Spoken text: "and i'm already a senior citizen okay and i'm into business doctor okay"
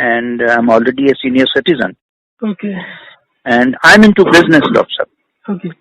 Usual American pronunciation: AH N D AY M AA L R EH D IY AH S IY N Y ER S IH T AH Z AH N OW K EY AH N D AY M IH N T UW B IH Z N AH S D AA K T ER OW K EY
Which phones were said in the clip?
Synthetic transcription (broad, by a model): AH N D AY M AA L R EH D IY AH S IY N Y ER S IH T AH Z AH N OW K EY AH N D AY M IH N T UW B IH Z N AH S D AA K S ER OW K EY